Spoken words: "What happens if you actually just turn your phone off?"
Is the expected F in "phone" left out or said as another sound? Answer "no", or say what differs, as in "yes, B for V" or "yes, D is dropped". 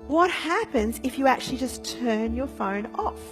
no